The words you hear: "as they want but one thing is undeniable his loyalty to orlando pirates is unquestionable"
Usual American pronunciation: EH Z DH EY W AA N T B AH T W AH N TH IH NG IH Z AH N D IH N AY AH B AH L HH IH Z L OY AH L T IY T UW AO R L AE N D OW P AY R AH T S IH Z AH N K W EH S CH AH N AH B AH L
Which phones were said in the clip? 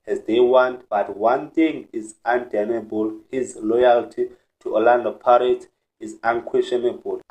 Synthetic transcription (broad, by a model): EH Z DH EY W AA N T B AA T W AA N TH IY NG IH Z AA N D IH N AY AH B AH L HH IH Z L OY AH L T IY T UW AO L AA N D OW P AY R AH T IH Z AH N K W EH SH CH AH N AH B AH L